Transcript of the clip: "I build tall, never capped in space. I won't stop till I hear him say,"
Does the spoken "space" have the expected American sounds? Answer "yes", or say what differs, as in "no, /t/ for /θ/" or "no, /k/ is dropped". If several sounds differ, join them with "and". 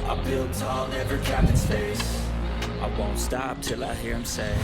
no, /f/ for /p/